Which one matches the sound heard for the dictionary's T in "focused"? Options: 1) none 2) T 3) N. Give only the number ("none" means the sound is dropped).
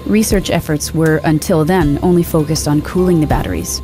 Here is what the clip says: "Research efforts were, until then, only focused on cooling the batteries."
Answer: 2